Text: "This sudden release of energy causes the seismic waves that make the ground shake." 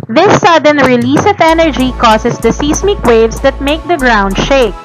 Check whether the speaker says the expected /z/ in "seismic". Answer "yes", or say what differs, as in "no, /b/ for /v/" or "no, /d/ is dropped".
no, /s/ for /z/